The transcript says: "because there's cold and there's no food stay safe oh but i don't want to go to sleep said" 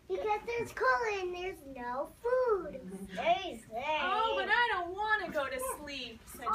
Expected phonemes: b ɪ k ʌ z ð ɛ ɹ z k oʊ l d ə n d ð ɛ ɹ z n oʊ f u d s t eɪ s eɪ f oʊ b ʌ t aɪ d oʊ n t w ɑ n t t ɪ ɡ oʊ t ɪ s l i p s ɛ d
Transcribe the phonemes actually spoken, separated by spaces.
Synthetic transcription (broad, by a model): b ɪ k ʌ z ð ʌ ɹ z k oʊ l ə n ð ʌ ɹ z n oʊ f u d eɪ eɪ oʊ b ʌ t aɪ d oʊ n t w ɑ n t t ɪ ɡ oʊ t ɪ s l i p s